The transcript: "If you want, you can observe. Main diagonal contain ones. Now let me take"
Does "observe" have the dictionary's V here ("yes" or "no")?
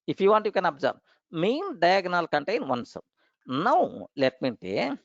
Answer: no